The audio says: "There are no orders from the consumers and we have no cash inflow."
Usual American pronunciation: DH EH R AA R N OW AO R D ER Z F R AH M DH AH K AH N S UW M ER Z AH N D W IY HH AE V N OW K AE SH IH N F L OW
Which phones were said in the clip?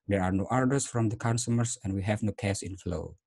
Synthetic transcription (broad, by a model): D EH R AA R N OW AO R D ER S F R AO M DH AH K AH N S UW M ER S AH N W IY HH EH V N OW K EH S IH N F L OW